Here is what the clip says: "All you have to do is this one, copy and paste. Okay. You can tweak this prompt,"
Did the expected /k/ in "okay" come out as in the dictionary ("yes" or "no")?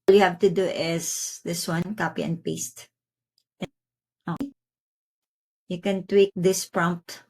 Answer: no